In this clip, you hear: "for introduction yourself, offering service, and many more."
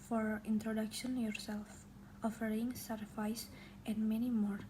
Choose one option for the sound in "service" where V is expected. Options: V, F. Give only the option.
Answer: F